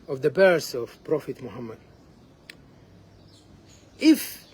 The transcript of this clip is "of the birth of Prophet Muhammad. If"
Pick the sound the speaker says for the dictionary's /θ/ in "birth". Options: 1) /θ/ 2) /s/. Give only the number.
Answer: 2